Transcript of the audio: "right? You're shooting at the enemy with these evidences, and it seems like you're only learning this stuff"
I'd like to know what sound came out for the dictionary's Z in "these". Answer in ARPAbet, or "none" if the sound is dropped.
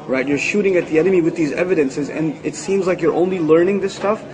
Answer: Z